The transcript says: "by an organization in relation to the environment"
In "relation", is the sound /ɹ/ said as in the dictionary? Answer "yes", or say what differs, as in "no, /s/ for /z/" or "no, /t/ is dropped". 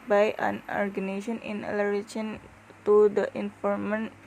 no, /l/ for /ɹ/